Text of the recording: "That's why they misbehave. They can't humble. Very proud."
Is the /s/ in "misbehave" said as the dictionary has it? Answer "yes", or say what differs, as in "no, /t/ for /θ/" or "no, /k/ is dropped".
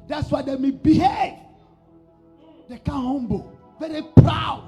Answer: no, /s/ is dropped